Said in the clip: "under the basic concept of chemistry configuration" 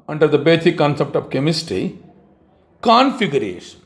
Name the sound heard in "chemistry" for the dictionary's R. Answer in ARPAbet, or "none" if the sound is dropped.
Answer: none